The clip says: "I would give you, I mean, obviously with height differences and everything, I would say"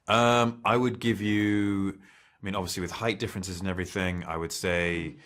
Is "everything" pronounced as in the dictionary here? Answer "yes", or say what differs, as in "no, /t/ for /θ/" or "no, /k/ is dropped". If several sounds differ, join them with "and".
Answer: yes